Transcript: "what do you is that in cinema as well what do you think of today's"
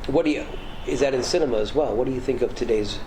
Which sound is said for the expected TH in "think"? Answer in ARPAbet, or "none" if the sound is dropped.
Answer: TH